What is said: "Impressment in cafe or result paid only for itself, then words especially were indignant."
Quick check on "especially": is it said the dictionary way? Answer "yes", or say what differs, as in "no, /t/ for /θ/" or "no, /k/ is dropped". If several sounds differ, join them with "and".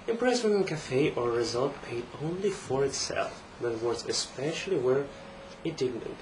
yes